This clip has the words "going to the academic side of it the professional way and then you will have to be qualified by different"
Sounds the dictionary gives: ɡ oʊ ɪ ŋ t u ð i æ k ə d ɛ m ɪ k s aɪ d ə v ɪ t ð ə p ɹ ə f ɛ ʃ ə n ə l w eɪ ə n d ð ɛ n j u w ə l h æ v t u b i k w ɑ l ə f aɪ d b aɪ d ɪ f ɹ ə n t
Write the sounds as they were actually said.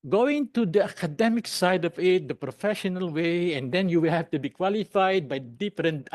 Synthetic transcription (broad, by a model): ɡ oʊ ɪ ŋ t u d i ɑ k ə d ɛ m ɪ k s aɪ d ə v ɪ t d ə p ɹ ə f ɛ ʃ ə n ə l w eɪ ə n d ɛ n j u w ə l h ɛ f t u b i k w ɑ l ə f aɪ d b aɪ d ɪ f ɹ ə n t